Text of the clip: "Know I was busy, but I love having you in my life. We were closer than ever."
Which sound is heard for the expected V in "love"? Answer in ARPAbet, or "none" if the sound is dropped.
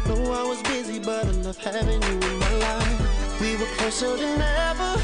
F